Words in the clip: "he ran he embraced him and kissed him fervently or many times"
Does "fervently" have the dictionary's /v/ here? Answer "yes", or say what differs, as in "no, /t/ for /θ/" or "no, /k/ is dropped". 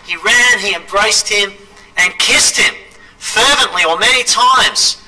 yes